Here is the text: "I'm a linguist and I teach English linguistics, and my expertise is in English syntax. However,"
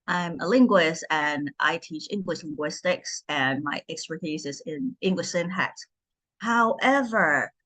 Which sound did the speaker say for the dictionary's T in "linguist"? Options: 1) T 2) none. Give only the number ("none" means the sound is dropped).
1